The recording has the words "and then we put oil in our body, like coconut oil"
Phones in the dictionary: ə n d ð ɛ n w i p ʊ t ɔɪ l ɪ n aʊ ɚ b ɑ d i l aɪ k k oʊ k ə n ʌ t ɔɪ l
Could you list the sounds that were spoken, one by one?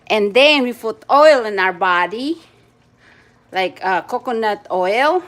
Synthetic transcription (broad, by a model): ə n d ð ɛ n w i f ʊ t ɔɪ l ɪ n aʊ ɚ b ɑ d i l aɪ k k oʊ k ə n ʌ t ɔɪ l